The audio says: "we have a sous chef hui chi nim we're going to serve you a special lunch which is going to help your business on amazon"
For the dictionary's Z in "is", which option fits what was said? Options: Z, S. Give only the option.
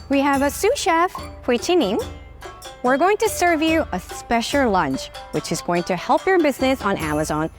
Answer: Z